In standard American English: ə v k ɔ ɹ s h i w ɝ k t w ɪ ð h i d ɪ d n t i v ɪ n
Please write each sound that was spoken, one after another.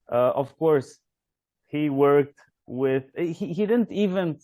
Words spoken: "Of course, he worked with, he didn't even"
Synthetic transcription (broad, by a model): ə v k ɔ ɹ s h i w ɝ k t w ɪ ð h i d ɪ d n t i v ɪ n